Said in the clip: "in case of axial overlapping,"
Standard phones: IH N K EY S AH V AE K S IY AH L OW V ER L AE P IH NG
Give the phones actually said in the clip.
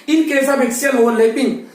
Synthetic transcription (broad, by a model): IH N K EY S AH B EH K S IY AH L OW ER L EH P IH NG